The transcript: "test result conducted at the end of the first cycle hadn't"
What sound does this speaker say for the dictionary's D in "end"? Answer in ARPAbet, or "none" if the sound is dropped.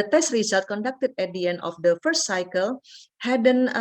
none